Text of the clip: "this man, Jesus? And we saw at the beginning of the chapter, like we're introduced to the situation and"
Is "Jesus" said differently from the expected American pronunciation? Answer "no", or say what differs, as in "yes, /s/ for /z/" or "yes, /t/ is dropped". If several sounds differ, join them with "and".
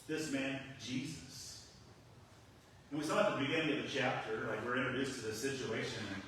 no